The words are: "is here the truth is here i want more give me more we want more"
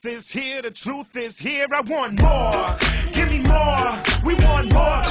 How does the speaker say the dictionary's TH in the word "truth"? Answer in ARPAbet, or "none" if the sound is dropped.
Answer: TH